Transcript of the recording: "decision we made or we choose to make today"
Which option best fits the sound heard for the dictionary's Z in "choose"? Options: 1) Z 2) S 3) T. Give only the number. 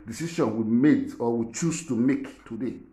2